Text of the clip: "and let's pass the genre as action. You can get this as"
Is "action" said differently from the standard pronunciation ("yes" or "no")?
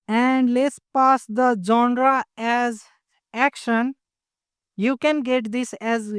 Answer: no